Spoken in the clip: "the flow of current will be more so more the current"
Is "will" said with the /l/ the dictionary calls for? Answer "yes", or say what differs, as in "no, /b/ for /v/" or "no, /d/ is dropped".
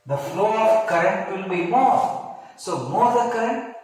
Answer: yes